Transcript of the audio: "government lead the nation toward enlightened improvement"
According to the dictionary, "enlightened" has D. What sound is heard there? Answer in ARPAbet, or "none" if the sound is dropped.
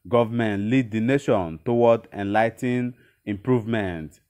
none